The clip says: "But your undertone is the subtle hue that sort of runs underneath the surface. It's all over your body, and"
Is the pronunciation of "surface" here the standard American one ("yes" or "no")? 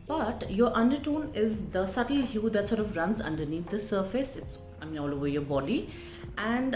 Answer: yes